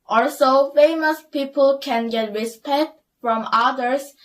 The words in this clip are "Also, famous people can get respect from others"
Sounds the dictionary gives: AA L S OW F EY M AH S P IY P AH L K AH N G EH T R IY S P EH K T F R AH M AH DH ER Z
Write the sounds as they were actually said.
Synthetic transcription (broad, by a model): AA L S OW F EY M AH S P IY P AH L K AH N G EH T R IY S P EH K T F R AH M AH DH ER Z